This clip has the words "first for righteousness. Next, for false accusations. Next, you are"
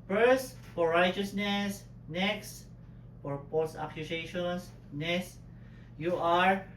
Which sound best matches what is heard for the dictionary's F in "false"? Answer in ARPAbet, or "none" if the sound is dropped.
P